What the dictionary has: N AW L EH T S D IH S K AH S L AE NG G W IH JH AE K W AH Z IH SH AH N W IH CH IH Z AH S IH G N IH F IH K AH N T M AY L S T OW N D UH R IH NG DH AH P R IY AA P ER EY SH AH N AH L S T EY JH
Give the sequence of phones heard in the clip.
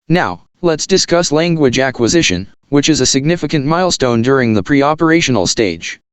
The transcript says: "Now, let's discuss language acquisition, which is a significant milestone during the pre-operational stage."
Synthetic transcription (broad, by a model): N AW L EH T S D IH S K AH S L AE NG G W IH JH AE K W AH Z IH SH AH N W IH CH IH Z AH S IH G N IH F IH K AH N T M AY L S T OW N D UH R IH NG DH AH P R IY AA P ER EY SH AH N L S T EY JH